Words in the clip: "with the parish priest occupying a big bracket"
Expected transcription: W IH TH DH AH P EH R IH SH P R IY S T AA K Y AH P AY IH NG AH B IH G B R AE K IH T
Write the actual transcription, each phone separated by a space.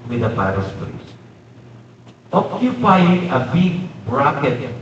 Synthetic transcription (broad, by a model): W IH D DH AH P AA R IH S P L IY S T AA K Y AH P AY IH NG AH B IH G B R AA K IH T